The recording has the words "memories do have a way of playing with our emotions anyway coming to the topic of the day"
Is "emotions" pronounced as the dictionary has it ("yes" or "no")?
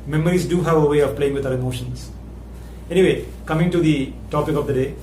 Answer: no